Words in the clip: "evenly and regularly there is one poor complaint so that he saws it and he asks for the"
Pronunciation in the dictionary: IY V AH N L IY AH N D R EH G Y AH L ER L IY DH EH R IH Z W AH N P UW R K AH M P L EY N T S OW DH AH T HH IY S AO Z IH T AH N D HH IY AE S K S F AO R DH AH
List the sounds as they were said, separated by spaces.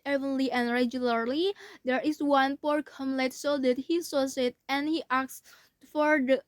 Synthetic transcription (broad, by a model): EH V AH N L IY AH N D R EH G Y AH L ER L IY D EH R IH S W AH N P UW R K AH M L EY T S OW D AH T HH IY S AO S IH T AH N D HH IY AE K S F AO R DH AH